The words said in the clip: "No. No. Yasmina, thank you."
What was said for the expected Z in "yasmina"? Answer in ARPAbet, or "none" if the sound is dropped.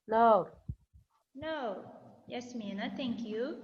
S